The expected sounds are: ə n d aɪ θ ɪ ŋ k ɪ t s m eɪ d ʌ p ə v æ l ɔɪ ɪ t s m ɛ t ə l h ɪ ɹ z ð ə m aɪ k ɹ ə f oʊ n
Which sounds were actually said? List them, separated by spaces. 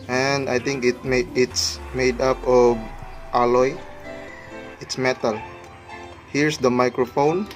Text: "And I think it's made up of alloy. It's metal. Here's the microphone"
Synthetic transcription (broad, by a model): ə n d aɪ t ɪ ŋ k ɪ t s m eɪ d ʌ p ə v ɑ l ɔɪ ɪ t s m ɛ t ə l h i ɹ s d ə m aɪ k ɹ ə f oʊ n